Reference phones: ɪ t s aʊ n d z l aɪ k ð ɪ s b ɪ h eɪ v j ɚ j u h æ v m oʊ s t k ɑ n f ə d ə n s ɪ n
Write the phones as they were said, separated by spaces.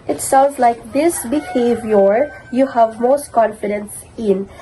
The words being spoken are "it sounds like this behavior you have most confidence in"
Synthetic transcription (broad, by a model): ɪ t s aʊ n d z l aɪ k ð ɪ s b ɪ h eɪ v j ɚ j u h æ v m oʊ s t k ɑ n f ə d ə n s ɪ n